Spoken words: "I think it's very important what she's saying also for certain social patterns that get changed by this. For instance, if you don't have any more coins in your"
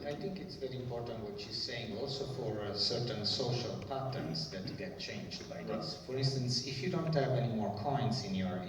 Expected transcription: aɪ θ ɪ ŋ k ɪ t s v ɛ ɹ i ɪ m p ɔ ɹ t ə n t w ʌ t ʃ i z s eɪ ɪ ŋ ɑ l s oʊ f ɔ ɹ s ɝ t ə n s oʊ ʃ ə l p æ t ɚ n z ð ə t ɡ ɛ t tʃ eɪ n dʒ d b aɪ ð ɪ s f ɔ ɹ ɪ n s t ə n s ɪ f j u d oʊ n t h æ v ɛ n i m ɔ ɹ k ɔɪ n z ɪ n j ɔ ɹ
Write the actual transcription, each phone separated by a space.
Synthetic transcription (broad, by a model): aɪ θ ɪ ŋ k ɪ t s v ɛ ɹ i ɪ m p ɔ ɹ t ə n t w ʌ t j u s eɪ ɪ ŋ ɑ l s oʊ f ɔ ɹ s ɝ t ə n s oʊ ʃ ə l p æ t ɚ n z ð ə t ɡ ɛ t tʃ eɪ n dʒ d b aɪ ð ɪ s f ɔ ɹ ɪ n s t ə n s ɪ f j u d oʊ n t h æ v ɛ n i m ɔ ɹ k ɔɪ n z ɪ n j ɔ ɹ